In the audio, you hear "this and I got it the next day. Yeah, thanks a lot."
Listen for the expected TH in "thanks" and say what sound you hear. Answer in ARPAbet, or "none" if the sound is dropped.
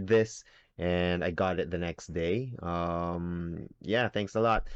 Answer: TH